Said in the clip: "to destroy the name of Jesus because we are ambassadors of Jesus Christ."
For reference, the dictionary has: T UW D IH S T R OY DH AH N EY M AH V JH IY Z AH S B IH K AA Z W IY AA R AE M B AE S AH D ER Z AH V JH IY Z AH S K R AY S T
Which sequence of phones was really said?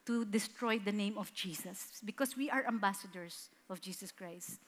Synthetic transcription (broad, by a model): T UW D IH S T R OY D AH N EY M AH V JH IY S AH S B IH K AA S W IY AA R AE M B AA S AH D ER S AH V JH IY S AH S K R AY S T